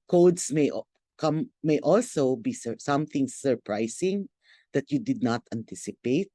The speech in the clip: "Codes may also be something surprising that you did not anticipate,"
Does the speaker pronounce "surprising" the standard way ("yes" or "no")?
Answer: no